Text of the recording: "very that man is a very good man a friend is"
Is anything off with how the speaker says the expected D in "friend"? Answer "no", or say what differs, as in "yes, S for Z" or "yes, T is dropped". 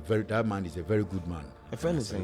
yes, D is dropped